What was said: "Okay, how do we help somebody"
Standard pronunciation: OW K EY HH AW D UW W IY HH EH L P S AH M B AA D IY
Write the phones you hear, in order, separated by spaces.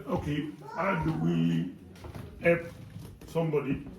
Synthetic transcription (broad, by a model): OW K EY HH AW D UW W IY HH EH P S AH M B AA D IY